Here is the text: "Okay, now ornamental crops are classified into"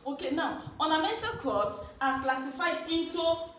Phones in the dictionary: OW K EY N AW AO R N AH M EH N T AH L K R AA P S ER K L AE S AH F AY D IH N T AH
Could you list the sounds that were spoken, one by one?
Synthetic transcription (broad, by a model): OW K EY N AW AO N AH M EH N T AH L K AA S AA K L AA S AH F AY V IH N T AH